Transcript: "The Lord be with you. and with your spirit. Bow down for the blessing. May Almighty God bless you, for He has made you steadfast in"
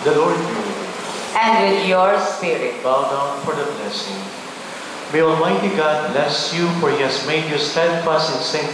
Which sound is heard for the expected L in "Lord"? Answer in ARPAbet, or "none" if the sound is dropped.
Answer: L